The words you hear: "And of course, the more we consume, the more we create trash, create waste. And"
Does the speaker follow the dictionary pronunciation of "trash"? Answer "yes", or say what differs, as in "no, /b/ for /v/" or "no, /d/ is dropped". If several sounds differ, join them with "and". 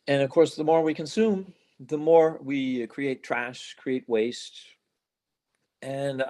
yes